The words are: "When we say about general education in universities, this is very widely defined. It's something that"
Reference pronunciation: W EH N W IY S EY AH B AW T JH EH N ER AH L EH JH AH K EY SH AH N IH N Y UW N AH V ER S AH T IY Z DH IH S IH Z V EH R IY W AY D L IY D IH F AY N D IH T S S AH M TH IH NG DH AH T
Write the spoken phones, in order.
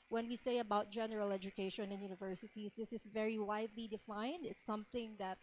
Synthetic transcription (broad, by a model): W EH N W IY S EY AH B AW T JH EH N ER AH L EH JH AH K EY SH AH N IH N Y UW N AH V ER S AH T IY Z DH IH S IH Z V EH R IY W AY D L IY D IH F AY N D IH T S S AH M TH IH NG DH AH T